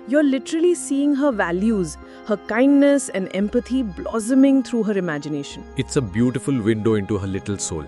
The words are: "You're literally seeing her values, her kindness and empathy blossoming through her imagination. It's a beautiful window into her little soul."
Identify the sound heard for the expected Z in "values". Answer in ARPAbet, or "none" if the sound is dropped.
Z